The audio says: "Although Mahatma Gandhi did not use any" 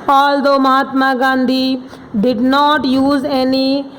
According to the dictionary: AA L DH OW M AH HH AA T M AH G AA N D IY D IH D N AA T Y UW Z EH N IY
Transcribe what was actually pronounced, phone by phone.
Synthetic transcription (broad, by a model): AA L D OW M AH HH AA T M AH G AA N D IY D IH D N AA T Y UW Z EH N IY